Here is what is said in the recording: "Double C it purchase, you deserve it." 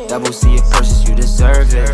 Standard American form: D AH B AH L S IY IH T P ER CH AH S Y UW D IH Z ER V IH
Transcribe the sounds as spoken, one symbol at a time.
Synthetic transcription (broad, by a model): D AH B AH L S IY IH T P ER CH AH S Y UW D IH Z ER V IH